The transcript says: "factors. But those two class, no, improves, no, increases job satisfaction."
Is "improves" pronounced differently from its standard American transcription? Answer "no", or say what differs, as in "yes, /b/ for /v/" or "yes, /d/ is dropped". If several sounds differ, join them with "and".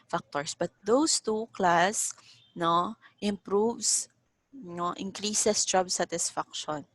yes, /s/ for /z/